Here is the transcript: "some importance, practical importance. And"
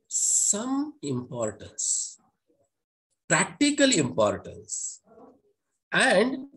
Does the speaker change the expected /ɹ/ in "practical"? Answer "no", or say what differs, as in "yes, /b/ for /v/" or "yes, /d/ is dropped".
no